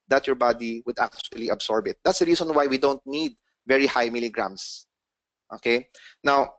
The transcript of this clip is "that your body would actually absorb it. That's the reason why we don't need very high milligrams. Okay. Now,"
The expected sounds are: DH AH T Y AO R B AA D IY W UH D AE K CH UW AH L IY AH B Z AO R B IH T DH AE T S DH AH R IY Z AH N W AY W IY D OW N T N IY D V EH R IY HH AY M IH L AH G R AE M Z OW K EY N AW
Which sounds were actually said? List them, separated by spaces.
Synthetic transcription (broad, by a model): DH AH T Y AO R B AA D IY W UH D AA K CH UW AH L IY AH B S AO R B IH T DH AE T S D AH R IY S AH N W AY W IY D OW N T N IY D V EH R IY HH AY M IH L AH G R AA M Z OW K EY N AW